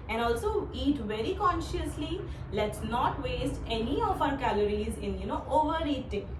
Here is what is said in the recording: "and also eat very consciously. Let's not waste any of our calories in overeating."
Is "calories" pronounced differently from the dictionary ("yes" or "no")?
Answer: no